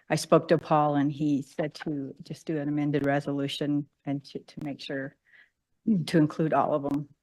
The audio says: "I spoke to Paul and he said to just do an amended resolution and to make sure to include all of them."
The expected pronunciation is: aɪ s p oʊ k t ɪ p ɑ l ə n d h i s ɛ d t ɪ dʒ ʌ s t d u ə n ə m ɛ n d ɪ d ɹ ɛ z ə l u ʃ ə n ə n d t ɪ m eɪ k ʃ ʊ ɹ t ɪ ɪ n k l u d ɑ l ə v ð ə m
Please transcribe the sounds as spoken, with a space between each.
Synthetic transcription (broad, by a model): aɪ s p oʊ k t ɪ p ɑ l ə n i s ɛ d t ɪ dʒ ʌ s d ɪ ə n ə m ɛ n d ɪ d ɹ ɛ z ə l u ʃ ə n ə n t t ɪ m eɪ k ʃ ʊ ɹ t ɪ ɪ n k l u d ɑ l ə v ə m